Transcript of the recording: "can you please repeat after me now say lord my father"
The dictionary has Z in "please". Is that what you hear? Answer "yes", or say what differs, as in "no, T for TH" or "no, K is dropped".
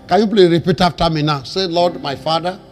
no, Z is dropped